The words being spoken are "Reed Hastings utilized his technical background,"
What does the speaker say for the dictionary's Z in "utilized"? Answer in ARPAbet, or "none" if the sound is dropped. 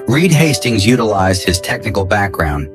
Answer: Z